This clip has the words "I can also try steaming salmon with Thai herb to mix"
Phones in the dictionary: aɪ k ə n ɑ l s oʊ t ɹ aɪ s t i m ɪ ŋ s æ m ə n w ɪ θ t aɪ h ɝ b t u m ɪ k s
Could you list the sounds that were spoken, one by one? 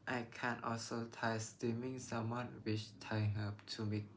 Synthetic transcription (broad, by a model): aɪ k ə n ɑ l s oʊ t aɪ s t i m ɪ ŋ s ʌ m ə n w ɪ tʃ t aɪ h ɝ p t u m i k